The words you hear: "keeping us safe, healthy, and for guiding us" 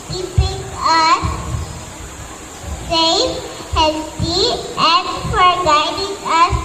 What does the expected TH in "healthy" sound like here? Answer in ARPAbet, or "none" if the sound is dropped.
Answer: T